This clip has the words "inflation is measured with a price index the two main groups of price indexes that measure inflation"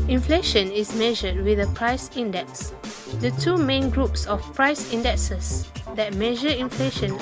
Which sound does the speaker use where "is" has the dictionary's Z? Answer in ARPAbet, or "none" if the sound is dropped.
S